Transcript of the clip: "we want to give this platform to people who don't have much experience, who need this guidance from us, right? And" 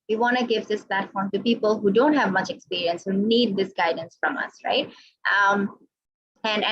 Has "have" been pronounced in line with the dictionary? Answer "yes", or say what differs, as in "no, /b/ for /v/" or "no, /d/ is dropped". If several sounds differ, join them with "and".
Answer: yes